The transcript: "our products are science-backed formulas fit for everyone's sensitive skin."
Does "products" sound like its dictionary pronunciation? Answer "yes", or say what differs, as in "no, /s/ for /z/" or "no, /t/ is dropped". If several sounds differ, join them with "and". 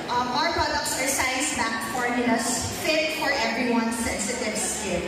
yes